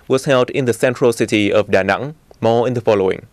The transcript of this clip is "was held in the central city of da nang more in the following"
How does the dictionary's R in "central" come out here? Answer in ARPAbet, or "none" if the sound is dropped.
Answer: R